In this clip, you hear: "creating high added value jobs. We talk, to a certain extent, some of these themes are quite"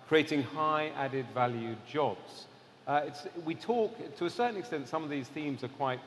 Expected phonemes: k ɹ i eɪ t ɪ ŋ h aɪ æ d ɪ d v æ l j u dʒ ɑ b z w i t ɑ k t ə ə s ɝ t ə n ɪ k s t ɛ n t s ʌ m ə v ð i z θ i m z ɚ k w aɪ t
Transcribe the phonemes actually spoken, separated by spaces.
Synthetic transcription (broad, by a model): k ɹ i eɪ t ɪ ŋ h aɪ æ d ɪ d v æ l j u dʒ ɑ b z w i t ɑ k t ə ə s ɝ t n ɪ k s t ɛ n t s ʌ m ə v ð i z θ i m z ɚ k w aɪ t